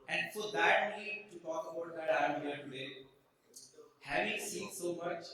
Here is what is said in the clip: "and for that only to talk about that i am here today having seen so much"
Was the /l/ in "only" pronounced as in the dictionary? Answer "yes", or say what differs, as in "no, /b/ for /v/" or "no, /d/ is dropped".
no, /l/ is dropped